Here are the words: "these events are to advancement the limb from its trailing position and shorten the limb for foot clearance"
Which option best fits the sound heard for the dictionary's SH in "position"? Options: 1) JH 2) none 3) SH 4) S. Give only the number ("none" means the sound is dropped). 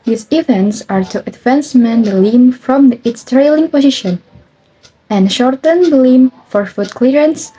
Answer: 3